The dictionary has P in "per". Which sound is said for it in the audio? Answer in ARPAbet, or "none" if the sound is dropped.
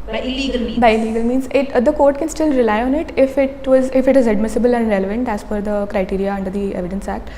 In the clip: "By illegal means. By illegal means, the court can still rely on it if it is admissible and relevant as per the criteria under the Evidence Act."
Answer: F